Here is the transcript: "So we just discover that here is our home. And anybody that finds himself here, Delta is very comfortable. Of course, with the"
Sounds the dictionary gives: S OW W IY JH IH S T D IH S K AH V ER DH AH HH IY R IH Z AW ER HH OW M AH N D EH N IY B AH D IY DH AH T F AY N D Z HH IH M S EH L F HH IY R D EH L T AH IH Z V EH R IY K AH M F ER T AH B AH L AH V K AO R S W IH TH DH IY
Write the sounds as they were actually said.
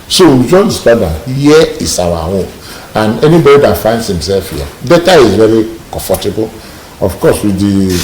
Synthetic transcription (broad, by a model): S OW W IY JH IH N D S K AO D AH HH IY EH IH S AW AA HH OW M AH N EH N IY B AH D IY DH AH T F AY N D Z HH IH M S EH L F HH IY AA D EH T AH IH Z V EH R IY K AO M F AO T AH B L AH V K AO S W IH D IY